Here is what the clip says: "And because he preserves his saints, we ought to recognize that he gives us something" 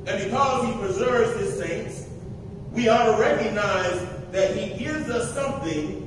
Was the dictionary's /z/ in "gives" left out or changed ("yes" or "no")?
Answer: no